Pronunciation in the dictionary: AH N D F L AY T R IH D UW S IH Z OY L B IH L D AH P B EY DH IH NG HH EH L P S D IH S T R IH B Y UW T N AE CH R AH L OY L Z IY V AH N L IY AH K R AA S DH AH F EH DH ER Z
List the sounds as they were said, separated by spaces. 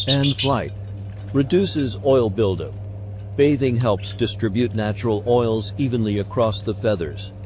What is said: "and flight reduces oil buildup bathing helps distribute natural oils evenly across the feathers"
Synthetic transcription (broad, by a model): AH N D F L AY T R IH D UW S IH Z OY L B IH L D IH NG B EY DH IH NG HH EH L P S D IH S T R IH B Y UW T N AE CH R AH L OY L Z IY V AH N L IY AH K R AA S DH AH F EH DH ER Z